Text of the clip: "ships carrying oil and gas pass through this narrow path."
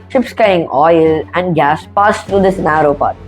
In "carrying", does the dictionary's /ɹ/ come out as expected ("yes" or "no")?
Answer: no